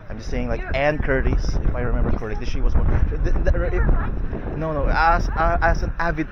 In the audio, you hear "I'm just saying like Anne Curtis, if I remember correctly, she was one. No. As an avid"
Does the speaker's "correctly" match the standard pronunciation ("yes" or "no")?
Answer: no